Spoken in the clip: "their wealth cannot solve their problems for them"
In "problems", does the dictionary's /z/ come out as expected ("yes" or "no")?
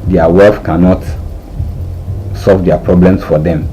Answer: no